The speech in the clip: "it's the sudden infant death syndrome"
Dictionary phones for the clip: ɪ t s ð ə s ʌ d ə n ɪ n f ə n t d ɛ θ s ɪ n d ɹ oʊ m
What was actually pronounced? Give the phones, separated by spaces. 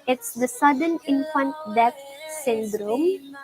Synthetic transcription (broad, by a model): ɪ t s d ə s ʌ d ə n ɪ n f ə n t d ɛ f s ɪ n d ɹ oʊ m